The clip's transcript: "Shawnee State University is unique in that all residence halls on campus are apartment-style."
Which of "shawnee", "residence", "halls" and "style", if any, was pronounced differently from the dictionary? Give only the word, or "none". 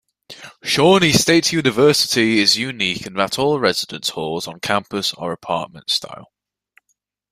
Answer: none